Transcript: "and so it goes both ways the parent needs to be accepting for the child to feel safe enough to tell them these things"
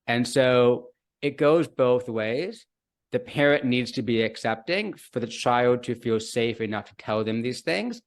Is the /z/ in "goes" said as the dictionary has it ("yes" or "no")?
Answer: yes